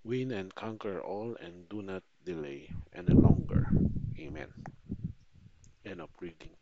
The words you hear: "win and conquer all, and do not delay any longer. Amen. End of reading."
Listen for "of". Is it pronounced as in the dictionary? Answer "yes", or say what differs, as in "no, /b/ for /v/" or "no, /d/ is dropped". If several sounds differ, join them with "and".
no, /p/ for /v/